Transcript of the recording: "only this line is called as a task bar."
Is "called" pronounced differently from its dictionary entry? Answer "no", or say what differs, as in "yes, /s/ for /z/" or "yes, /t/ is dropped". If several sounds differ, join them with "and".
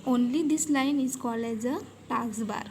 yes, /d/ is dropped